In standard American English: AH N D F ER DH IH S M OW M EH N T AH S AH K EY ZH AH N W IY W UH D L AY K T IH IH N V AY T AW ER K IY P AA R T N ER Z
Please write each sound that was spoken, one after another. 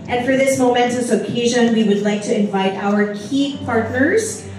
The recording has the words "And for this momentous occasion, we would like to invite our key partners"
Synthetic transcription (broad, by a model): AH N F ER DH IH S M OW M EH N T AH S AH K EY ZH AH N W IY W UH D L AY K T IH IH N V AY T AW ER K IY P AA R T N ER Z